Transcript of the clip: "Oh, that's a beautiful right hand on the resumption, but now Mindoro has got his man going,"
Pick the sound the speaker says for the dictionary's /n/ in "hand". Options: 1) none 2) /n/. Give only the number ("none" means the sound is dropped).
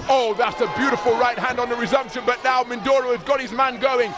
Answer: 2